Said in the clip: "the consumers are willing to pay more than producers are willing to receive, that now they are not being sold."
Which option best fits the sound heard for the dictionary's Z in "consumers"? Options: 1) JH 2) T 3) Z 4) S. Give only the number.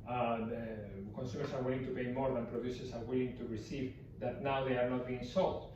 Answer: 4